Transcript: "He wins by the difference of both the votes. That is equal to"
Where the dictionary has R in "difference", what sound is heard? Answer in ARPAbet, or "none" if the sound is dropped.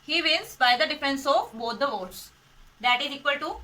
none